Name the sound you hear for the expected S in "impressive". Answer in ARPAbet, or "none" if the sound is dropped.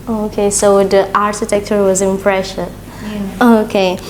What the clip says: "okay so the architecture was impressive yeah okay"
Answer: SH